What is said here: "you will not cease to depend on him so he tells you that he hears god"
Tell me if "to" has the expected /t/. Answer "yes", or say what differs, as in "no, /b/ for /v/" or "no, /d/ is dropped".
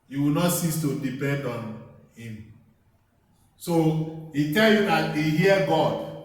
yes